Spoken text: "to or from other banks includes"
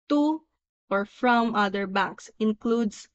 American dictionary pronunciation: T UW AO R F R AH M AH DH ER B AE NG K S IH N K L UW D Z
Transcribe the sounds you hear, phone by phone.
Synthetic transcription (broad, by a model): T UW AO R F R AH M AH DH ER B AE K S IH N K L UW D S